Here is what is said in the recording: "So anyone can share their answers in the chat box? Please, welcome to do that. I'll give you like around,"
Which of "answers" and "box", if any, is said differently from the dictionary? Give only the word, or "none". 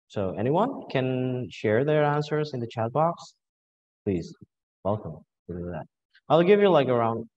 none